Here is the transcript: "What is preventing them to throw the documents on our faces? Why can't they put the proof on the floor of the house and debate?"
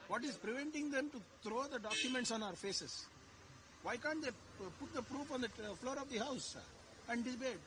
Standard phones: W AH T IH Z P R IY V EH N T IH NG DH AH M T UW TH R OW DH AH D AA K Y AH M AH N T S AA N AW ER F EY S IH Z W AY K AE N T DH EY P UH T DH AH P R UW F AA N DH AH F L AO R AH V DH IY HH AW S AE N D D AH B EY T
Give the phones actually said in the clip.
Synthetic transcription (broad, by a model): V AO T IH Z P R IY V EH N T IH NG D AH M T UW T R OW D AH D AA K Y AH M AH N T S AA N AW ER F EY S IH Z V AY K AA N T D EY P UH T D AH P R UW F AA N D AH F L AO R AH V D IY HH AW S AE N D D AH B EY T